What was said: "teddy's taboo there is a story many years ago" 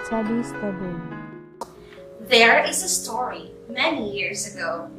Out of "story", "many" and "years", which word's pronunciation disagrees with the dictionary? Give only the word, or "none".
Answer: none